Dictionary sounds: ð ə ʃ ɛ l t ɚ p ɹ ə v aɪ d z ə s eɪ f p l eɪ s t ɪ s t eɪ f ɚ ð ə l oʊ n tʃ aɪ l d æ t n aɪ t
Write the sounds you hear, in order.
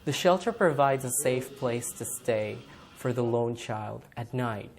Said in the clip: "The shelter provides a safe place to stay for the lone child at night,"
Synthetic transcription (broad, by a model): ð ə ʃ ɛ l t ɚ p ɹ ə v aɪ d z ə s eɪ f p l eɪ s t ɪ s t eɪ f ɚ ð ə l oʊ n tʃ aɪ l d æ t n aɪ t